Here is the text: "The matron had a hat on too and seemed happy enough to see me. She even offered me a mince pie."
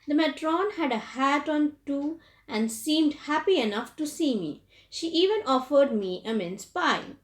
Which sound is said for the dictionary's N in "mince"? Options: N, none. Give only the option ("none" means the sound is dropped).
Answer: N